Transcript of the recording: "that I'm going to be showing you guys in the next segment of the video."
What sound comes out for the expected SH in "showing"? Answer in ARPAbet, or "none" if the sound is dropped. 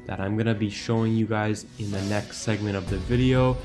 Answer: SH